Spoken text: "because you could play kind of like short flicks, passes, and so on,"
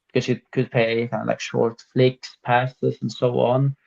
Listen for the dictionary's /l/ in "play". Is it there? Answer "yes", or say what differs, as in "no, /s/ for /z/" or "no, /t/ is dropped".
no, /l/ is dropped